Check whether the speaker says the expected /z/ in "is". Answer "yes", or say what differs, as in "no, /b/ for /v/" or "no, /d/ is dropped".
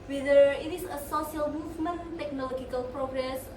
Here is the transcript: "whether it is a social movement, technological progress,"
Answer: no, /s/ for /z/